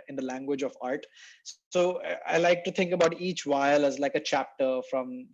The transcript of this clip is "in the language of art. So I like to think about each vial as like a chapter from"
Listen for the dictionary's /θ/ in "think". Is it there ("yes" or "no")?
no